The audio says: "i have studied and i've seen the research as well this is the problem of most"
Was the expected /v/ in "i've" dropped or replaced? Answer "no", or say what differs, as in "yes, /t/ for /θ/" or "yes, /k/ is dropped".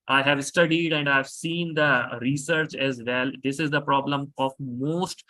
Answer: no